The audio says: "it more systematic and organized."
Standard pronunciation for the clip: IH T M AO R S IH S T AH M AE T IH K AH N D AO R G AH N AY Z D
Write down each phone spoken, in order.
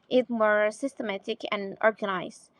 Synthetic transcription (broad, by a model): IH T M AO R S IH S T AH M AE T IH K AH N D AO R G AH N AY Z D